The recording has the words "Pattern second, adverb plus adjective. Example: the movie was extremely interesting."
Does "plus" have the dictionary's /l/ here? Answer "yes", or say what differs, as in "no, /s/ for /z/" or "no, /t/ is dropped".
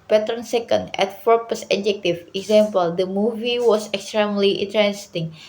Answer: no, /l/ is dropped